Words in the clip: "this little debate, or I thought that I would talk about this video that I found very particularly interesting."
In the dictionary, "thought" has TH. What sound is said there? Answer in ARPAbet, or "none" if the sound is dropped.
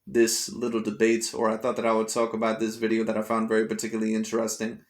TH